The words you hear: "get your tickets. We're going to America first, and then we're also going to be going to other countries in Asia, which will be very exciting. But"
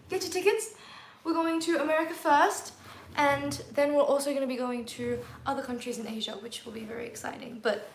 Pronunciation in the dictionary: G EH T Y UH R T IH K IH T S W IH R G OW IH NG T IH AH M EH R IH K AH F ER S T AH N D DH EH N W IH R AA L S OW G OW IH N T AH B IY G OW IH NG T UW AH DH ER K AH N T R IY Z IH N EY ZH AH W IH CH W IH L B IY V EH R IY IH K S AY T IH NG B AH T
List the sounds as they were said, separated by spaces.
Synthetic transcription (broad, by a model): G EH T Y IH T IH K IH T S W IH R G OW IH NG T IH AH M EH R IH K AH F ER S T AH N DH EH N W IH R AA L S OW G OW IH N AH B IY G OW IH NG T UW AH DH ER K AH N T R IY Z IH N EY ZH AH W IH CH W IH L B IY V EH R IY IH K S AY T IH NG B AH T